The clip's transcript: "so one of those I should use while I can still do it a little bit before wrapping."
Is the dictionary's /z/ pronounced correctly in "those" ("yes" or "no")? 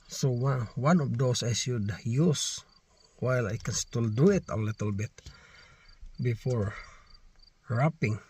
no